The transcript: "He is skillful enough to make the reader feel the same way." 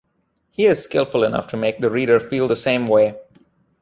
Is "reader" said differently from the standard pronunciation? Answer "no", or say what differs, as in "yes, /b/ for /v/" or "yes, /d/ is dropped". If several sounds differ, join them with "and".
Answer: no